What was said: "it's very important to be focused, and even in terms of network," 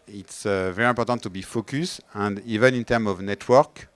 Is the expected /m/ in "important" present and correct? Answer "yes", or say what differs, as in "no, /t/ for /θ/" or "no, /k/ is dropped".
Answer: no, /m/ is dropped